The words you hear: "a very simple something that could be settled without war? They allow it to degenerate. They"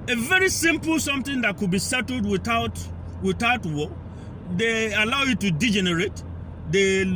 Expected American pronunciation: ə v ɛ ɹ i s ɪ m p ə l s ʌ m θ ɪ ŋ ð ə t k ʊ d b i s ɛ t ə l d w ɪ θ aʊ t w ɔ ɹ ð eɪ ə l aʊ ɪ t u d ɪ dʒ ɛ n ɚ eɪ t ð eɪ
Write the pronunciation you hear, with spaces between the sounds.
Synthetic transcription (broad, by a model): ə v ɛ ɹ i s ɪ m p l s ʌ m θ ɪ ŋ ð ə t k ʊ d b i s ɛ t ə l d w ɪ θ aʊ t w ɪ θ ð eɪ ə l aʊ ɪ t u d ɪ dʒ ɛ n ɚ eɪ t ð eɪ